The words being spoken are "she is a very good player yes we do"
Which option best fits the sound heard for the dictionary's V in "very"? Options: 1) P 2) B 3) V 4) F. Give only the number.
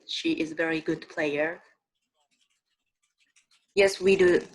3